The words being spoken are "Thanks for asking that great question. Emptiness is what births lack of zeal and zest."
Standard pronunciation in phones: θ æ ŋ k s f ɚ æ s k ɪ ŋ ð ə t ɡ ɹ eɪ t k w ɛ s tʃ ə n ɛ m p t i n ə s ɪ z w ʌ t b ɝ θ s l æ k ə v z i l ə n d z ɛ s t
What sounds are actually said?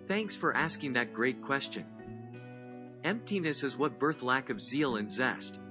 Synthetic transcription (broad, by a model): θ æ ŋ k s f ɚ æ s k ɪ ŋ ð ə t ɡ ɹ eɪ t k w ɛ s tʃ ə n ɛ m p t i n ə s ɪ z w ʌ t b ɝ θ l æ k ə v z i l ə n z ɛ s t